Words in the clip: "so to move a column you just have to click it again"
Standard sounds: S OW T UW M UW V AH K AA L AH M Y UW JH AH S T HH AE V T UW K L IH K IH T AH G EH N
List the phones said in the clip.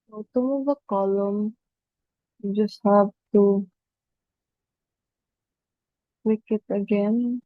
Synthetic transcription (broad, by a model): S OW T UW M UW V AH K AA L AH M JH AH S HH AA B T UW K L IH K IH T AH G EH N